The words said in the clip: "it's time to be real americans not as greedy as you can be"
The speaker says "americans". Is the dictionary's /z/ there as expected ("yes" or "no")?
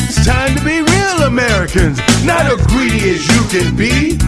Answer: yes